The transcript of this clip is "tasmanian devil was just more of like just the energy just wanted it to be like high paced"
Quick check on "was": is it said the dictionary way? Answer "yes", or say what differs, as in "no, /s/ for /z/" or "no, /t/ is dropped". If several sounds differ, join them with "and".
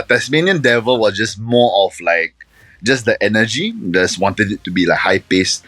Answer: no, /s/ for /z/